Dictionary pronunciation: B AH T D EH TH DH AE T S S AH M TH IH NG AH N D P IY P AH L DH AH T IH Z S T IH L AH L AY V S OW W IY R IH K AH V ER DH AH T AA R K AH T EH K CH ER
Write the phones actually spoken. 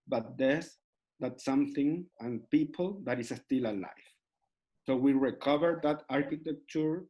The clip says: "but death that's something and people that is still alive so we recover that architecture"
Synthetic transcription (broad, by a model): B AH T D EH S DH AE T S S AH M TH IH NG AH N P IY P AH L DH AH T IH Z S T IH L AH L AY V S OW W IY R IH K AH V ER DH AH T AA R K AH T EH K CH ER